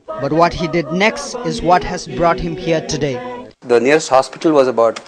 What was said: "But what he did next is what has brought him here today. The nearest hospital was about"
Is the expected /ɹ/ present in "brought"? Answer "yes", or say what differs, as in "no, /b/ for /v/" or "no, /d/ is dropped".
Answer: yes